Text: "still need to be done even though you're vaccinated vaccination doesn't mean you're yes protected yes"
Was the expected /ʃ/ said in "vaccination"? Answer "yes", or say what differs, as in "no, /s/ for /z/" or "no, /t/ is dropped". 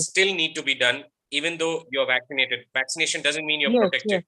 yes